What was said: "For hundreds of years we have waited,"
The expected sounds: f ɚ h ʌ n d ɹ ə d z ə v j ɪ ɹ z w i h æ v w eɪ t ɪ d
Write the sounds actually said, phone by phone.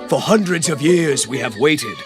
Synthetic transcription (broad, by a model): f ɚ h ʌ n d ɹ ə d z ə v j ɪ ɹ z w i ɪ v w eɪ t ɪ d